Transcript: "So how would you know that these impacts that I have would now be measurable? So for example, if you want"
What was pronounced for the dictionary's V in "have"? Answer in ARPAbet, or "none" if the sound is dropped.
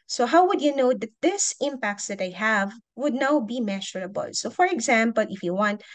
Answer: V